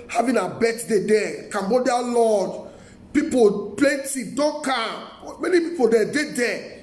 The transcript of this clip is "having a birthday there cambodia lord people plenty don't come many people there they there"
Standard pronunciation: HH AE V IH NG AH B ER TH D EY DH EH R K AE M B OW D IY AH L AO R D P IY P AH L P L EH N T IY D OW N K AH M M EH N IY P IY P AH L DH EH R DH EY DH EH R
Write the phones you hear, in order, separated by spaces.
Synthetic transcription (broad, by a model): HH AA V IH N AH B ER T D EY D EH K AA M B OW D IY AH L AO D P IY P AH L P L EH N T IY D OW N K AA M M EH N IY P IY P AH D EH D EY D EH